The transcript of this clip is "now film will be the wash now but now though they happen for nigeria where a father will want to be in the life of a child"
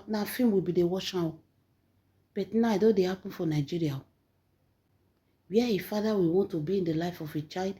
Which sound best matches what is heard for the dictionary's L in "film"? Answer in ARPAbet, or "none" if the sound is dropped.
none